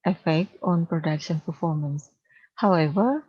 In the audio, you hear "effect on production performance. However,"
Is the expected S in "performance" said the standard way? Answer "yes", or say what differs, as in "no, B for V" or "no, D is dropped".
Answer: yes